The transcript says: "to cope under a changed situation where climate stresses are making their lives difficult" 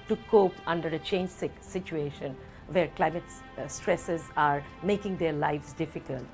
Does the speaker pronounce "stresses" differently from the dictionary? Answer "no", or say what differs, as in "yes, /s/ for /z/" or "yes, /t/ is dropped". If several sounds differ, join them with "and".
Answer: no